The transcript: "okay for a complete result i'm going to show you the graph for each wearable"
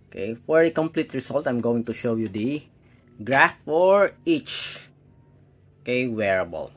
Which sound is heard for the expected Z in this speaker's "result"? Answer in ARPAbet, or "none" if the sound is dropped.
S